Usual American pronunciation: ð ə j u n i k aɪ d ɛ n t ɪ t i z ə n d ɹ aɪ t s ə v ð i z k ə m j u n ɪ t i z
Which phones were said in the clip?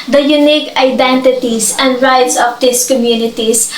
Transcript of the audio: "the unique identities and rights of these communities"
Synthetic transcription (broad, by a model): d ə j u n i k aɪ d ɛ n t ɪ t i s ə n d ɹ aɪ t s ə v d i s k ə m j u n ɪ t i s